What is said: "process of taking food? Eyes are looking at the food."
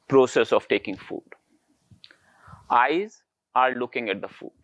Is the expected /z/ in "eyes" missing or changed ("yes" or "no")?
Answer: no